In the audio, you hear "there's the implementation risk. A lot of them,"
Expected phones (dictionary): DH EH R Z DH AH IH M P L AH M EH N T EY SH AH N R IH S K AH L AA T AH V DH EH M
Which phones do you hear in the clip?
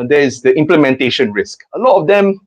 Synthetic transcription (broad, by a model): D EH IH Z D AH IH M P L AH M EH N T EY SH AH N R IH S K AH L AA T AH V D EH M